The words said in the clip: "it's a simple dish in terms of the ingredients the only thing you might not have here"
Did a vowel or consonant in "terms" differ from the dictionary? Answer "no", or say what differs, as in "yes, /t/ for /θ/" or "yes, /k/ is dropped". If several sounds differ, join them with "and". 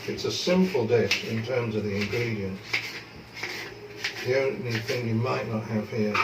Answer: no